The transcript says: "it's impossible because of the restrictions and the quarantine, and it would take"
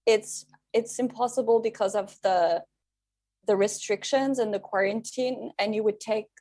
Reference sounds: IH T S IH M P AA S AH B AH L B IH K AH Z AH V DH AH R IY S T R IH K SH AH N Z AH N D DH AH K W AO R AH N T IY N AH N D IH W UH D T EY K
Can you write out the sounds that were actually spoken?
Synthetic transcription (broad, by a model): IH T S IH M P AA S AH B AH L B IH K AH Z AH V DH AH R IY S T R IH K SH AH N Z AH N DH AH K W AO R AH N T IY N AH N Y IH W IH D T EY K